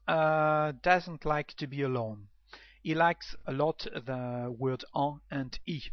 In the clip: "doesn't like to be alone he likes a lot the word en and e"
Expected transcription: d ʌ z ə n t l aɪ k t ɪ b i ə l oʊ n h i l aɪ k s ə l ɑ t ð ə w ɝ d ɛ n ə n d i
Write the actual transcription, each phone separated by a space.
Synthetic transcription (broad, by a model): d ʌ z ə n t l aɪ k t ɪ b i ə l oʊ n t l aɪ k s ə l ɑ t ð ə w ɝ d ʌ ə n d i